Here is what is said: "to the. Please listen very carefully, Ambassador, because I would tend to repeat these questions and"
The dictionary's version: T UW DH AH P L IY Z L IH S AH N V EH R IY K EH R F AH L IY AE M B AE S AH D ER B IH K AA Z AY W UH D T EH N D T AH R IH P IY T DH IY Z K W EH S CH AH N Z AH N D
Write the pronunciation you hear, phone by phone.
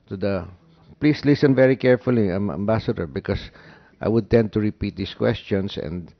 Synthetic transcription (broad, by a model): T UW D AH P L IY S L IH S AH N V EH R IY K EH R F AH L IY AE M B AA S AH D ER B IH K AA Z AY W UH D T EH N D T AH R IH P IY T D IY S K W EH S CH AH N S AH N D